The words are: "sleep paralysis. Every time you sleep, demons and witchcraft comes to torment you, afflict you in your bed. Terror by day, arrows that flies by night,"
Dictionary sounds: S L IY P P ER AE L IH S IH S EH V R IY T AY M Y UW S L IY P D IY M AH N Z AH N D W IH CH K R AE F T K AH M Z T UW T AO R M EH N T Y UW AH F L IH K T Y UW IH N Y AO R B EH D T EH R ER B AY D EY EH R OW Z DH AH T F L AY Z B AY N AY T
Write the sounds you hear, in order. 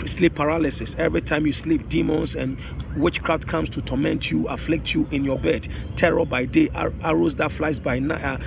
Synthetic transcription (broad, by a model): S L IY P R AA L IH S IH S EH V R IY T AY M Y UW S L IY P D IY M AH N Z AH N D W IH CH K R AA F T K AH M S T UW T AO M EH N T Y UW AH F L IH K T Y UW IH N Y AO B EH D T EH R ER B AY D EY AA R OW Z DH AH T F L AY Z B AY N AY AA